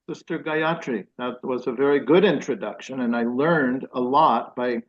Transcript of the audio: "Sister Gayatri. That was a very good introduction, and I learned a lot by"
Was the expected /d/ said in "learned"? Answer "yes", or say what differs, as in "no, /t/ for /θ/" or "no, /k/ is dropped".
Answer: yes